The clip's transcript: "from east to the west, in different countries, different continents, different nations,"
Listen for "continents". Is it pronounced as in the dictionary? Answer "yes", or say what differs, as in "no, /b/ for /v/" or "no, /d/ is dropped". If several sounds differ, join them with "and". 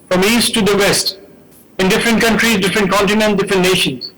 no, /s/ is dropped